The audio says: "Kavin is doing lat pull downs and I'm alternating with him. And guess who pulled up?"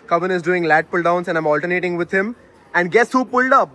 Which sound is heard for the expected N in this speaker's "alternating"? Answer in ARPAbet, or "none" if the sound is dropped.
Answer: none